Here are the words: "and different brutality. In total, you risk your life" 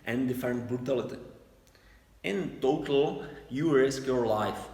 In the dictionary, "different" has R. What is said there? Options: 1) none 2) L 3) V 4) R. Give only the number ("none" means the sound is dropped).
1